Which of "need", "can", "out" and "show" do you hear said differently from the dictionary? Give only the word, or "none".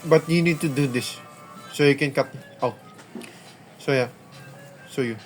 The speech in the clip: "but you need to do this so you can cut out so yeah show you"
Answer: show